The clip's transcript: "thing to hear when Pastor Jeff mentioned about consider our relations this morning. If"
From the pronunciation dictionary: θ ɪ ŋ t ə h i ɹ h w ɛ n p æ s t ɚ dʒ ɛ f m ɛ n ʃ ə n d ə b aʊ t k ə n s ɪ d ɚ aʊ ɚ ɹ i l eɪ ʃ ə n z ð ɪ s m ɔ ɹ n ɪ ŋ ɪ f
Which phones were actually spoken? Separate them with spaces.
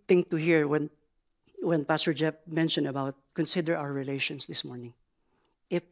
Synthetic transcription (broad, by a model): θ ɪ ŋ t ə h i ɹ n w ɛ n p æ s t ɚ dʒ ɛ p m ɛ n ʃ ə n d ə b aʊ t k ə n s ɪ d ɚ aʊ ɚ ɹ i l eɪ ʃ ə n s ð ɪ s m ɔ ɹ n ɪ ŋ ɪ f